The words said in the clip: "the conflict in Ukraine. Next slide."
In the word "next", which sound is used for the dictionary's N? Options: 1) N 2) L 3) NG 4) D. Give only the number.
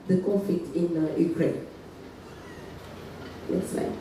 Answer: 2